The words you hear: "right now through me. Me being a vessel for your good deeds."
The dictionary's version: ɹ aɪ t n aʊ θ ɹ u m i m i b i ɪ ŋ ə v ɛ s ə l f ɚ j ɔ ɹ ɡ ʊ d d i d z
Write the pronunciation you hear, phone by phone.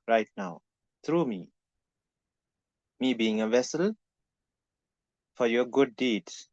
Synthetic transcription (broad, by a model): ɹ aɪ t n aʊ t ɹ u m i m i b i ɪ ŋ ə v ɛ s ə l f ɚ j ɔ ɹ ɡ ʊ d d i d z